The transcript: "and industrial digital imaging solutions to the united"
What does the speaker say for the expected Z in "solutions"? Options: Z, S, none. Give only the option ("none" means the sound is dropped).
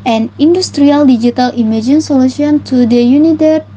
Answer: none